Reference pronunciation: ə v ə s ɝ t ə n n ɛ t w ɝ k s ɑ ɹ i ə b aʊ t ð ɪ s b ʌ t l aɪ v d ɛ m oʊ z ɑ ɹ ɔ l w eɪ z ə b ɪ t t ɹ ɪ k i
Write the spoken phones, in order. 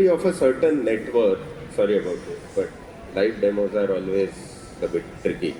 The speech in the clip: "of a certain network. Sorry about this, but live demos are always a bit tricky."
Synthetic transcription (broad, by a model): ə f ə s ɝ t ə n n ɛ t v ɝ k s ɑ ɹ i ə b aʊ t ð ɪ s b ʌ t l aɪ f d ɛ m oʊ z ɑ ɹ ɔ l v eɪ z ə b ɪ t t ɹ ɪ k i